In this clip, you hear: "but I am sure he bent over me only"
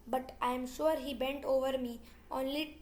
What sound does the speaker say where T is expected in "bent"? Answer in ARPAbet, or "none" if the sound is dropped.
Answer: T